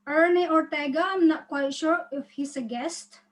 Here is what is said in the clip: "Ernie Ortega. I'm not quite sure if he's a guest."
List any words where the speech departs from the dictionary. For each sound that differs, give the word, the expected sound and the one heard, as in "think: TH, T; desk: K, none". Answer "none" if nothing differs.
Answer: he's: Z, S